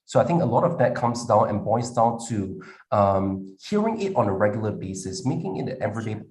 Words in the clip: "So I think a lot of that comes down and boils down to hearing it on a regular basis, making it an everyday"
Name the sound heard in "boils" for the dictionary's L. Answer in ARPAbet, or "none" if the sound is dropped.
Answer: none